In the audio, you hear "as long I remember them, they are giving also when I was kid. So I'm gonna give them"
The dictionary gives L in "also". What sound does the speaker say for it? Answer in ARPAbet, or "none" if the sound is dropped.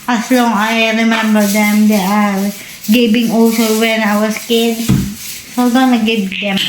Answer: none